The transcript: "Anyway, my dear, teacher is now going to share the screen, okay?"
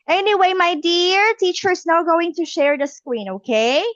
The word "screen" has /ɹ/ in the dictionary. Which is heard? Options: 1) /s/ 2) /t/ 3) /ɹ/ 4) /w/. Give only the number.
4